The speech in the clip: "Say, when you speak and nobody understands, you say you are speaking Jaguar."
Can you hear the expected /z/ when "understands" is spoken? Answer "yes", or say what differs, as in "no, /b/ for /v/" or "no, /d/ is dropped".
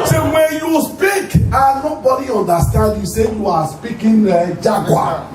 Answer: no, /z/ is dropped